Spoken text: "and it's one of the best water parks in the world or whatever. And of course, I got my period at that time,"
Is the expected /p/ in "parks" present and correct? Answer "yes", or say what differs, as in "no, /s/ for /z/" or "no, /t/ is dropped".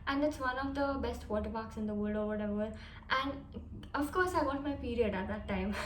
no, /b/ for /p/